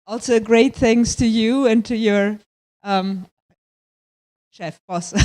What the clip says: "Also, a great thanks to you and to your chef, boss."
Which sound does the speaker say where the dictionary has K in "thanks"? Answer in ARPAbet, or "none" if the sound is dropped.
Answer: none